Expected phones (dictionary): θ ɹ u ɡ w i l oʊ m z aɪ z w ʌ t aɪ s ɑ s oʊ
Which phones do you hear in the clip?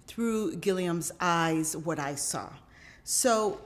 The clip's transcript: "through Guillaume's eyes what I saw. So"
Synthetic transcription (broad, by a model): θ ɹ u ɡ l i oʊ m z aɪ z w ʌ t aɪ s ɑ s oʊ